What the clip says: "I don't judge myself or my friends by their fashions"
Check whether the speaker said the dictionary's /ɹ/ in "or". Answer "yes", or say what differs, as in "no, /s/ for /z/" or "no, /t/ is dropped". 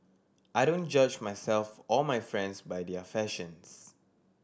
no, /l/ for /ɹ/